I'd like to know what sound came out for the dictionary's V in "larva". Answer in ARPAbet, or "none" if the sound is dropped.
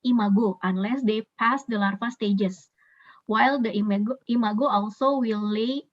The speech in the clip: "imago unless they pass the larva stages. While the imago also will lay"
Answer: F